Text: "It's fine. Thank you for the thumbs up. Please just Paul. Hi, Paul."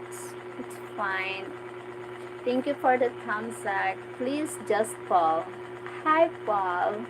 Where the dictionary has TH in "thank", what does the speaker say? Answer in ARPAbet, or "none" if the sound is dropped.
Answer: T